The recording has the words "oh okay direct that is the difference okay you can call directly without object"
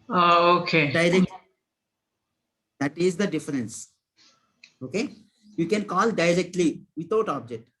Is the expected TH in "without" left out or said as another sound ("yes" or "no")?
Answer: yes